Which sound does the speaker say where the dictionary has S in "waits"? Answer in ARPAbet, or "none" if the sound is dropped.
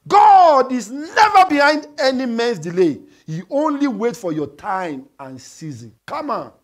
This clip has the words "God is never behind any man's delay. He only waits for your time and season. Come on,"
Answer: none